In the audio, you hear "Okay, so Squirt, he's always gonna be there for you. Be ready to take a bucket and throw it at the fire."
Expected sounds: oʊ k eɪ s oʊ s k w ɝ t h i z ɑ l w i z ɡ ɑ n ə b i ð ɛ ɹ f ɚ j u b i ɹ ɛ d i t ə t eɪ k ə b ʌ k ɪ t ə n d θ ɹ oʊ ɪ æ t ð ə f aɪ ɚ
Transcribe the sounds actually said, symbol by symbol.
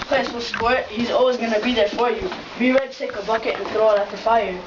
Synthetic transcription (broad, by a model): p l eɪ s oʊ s w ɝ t h i z ɑ l w i z ɡ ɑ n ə b i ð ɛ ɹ f ɚ j u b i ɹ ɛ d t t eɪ k ə b ʌ k ɪ t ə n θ ɹ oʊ ɪ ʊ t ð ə f aɪ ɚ